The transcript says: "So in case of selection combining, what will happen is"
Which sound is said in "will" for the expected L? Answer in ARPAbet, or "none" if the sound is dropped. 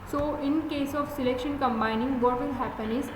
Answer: N